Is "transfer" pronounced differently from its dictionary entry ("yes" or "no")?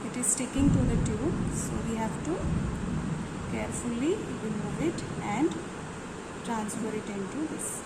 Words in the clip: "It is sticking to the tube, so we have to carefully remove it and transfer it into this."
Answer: no